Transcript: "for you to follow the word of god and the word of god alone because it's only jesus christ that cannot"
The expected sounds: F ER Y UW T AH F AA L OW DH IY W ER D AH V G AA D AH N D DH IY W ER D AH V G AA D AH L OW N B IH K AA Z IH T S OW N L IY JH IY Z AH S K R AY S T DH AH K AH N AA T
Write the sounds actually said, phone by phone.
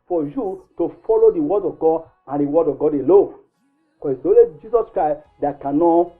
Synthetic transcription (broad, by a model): F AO Y UW T AH F AA L OW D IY W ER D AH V G AA D AH N D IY W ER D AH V G AA D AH L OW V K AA IH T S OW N L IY JH IY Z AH S K R AY S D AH K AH N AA